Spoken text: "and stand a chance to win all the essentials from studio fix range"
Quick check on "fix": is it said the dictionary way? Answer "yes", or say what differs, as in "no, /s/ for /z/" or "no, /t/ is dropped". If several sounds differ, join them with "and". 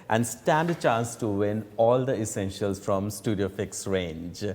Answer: yes